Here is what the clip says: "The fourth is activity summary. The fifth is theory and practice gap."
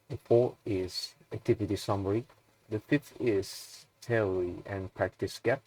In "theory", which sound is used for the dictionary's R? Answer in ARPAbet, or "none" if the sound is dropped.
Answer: L